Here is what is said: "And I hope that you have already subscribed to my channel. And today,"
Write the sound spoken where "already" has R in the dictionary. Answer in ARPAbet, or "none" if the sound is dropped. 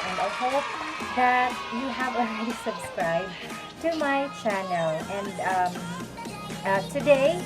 none